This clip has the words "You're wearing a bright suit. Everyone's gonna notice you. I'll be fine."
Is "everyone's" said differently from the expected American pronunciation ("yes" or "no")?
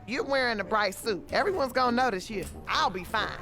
no